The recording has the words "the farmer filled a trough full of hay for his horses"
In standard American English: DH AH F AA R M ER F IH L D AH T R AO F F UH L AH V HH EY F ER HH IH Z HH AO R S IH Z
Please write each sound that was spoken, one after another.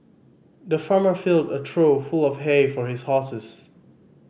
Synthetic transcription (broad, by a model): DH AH F AA R M ER F IH L D AH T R AO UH F UH L AH V HH EY F ER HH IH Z HH AO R S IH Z